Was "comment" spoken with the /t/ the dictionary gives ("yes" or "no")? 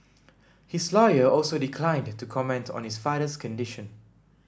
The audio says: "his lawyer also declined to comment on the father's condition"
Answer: yes